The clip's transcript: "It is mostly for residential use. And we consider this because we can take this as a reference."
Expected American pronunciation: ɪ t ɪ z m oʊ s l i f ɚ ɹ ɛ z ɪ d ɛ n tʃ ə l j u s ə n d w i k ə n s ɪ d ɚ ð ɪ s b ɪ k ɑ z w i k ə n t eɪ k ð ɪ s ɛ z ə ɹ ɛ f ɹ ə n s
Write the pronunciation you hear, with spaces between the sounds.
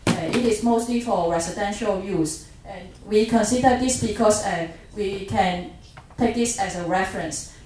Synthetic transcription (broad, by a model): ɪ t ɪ s m oʊ s l i f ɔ ɹ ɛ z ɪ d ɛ n ʃ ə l j u s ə n w i k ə n s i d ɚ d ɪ s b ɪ k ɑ s w i k ə n t eɪ k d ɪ s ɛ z ə ɹ ɛ f ɹ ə n s